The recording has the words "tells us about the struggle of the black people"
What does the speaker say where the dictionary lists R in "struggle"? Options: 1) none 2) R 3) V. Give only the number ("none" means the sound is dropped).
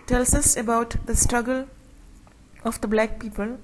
2